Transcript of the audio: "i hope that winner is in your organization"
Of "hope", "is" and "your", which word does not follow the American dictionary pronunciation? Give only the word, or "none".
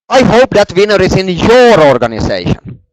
is